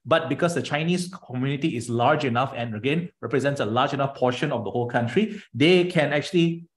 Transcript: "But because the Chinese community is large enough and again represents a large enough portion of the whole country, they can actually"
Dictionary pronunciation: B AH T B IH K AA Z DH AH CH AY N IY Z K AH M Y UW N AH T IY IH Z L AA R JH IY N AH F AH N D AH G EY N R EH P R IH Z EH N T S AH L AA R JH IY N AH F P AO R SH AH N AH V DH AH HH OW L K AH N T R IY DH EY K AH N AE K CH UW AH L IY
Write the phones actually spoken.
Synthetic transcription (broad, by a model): B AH T B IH K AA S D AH CH AY N IY S K AH M Y UW N AH T IY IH S L AA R JH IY N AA F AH N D AH G EY N R EH P R IH Z EH N T S AH L AA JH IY N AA F P AO SH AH N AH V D AH HH OW L K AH N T R IY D EY K AH N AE K CH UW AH L IY